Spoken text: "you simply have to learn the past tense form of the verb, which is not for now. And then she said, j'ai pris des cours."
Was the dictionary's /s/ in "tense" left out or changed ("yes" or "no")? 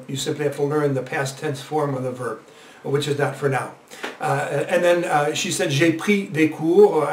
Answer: yes